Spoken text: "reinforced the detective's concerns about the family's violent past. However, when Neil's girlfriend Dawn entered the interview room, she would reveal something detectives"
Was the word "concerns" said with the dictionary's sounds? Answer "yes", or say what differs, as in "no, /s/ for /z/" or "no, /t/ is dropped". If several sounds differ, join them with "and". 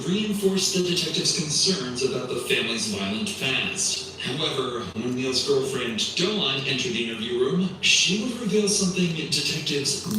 yes